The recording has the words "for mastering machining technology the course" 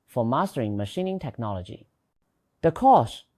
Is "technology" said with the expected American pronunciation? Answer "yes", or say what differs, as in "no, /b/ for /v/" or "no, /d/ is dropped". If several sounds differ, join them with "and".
yes